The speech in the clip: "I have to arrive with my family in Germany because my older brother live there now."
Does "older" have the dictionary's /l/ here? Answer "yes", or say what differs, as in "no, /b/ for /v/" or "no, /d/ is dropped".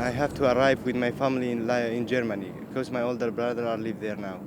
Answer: yes